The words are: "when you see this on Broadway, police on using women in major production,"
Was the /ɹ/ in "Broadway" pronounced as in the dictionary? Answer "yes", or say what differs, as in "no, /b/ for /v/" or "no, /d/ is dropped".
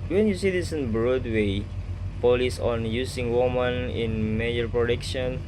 yes